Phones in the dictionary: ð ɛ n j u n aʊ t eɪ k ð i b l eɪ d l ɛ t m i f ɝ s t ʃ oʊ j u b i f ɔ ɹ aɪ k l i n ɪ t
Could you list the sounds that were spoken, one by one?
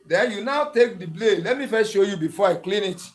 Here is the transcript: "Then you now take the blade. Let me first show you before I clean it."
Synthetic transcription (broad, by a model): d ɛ n j u n aʊ t eɪ k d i b l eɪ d l ɛ t m i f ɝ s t ʃ oʊ j u b i f ɔ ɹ aɪ k l i n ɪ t